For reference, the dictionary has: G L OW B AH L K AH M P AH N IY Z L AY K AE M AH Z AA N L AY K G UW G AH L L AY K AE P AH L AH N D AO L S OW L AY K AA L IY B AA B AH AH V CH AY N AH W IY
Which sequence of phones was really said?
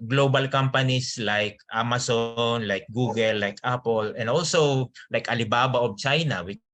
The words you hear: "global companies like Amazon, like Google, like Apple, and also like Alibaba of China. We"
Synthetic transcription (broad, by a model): G L OW B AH L K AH M P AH N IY S L AY K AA M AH S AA N L AY K G UW G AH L L AY K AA P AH L AH N D AO L S OW L AY K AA L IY B AA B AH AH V CH AY N AH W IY